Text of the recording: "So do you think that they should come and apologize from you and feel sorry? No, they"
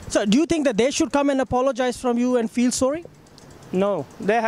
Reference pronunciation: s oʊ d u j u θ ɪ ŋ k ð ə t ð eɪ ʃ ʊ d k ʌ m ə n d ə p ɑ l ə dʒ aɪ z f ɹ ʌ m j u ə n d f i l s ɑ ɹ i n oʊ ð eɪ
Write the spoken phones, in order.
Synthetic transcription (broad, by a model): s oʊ d u j u t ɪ ŋ k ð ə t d eɪ ʃ ʊ d k ʌ m ə n d ə p ɑ l ə dʒ aɪ z f ɹ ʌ m j u ə n d f i l s ɑ ɹ i n oʊ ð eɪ